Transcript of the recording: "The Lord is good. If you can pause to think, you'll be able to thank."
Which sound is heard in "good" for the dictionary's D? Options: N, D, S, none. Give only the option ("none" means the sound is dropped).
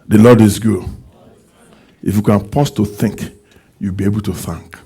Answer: none